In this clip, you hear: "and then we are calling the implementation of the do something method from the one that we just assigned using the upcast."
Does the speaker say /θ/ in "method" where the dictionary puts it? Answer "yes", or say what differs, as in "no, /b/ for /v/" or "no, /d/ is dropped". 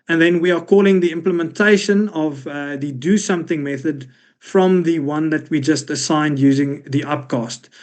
yes